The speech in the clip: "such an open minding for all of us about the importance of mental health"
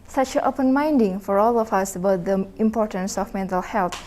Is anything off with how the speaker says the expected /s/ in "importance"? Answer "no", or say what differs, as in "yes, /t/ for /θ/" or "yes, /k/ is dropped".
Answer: no